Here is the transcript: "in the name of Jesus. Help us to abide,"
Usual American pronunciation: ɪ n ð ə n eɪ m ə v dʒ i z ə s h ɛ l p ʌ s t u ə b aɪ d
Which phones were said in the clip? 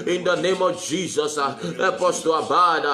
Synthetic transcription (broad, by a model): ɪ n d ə n eɪ m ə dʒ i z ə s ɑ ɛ p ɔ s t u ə b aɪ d